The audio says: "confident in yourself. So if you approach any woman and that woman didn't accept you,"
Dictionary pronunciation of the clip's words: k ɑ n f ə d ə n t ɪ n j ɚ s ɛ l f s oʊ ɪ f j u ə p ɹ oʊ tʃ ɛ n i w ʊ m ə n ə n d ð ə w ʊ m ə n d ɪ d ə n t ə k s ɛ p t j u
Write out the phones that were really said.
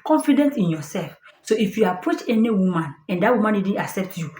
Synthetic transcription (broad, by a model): k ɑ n f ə d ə n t ɪ n j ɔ s ɛ l f s oʊ ɪ f j u ə p ɹ oʊ tʃ ɛ n i w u m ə n ə n d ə w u m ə n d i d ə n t ə k s ɛ p t j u